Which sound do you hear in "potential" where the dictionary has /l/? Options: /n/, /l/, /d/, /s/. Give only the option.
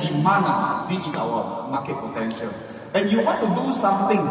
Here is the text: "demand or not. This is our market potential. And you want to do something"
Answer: /n/